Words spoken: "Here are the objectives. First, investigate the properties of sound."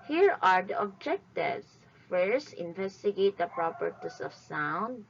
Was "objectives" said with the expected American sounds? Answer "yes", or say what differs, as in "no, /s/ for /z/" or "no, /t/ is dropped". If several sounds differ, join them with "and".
no, /s/ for /z/